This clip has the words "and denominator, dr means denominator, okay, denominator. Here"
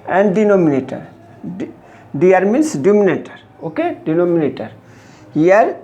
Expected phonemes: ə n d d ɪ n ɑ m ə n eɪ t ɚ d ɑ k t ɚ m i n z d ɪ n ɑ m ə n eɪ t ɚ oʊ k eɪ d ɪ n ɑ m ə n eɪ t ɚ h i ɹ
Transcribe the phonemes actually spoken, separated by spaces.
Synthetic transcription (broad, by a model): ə n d d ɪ n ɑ m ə n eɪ t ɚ d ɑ t m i n s d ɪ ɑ m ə n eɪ t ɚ oʊ k eɪ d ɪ n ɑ m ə n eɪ t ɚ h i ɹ